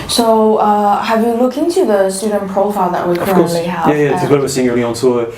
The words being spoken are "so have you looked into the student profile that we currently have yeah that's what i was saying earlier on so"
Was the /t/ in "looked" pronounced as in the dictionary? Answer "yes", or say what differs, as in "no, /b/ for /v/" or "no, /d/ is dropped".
no, /t/ is dropped